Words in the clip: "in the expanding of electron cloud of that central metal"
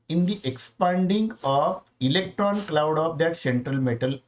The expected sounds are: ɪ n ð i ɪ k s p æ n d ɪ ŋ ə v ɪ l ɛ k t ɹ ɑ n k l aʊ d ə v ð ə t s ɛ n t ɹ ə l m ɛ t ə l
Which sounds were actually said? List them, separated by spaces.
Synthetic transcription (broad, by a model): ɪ n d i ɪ k s p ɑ n d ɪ ŋ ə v ɪ l ɛ k t ɹ ɑ n k l aʊ d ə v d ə t s ɛ n t ɹ ə l m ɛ t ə l